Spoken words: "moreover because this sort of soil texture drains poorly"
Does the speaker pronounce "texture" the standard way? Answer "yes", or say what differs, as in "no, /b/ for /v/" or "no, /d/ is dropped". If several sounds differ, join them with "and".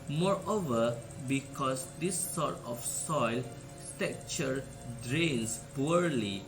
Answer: no, /s/ is dropped